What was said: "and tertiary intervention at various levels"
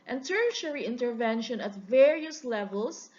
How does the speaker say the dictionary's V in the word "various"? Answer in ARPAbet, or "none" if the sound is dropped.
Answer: V